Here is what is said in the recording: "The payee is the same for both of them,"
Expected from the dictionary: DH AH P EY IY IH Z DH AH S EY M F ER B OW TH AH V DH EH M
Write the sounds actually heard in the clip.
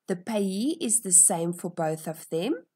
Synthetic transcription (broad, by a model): DH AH P EY IY IH Z DH AH S EY M F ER B OW TH AH V DH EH M